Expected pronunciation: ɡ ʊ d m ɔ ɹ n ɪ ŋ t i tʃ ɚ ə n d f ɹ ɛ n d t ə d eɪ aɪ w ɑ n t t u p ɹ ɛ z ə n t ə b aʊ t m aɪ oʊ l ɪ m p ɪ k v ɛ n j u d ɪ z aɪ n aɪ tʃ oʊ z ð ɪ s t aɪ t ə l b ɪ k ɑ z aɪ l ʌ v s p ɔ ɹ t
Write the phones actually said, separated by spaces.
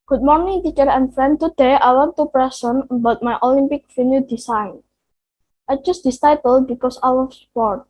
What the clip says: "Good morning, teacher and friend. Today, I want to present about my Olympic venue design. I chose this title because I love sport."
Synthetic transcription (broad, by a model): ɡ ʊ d m ɔ ɹ n ɪ ŋ t i tʃ ɚ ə n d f ɹ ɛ n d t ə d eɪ aɪ w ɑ n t t u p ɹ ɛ s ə n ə b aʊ t m aɪ oʊ l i m p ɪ k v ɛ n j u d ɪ s aɪ n aɪ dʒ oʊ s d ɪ s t aɪ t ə l b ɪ k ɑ s aɪ w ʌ s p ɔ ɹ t